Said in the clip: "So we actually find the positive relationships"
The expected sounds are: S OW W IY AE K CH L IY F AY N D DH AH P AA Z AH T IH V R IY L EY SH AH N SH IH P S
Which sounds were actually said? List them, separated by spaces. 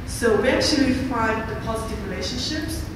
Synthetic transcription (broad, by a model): S OW W IY AE K CH L IY F AY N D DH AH P AA Z AH T IH V R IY L EY SH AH N SH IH P S